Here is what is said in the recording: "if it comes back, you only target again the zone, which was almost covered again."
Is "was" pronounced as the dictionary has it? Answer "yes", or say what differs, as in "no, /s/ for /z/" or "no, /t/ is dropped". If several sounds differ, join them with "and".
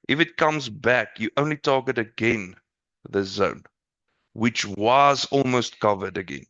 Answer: yes